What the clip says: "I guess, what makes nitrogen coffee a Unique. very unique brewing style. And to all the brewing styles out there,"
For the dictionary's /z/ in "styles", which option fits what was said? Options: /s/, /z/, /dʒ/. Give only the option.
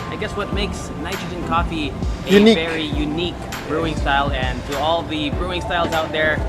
/z/